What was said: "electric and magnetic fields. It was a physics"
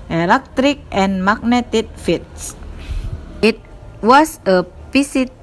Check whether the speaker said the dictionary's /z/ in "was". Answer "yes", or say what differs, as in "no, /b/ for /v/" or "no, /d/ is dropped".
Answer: no, /s/ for /z/